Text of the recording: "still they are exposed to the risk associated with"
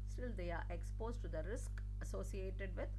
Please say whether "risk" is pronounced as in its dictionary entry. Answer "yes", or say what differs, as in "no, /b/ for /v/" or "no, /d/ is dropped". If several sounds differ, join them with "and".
yes